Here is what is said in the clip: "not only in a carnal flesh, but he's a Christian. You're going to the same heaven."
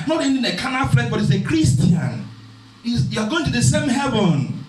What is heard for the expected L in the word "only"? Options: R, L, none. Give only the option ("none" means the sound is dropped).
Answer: none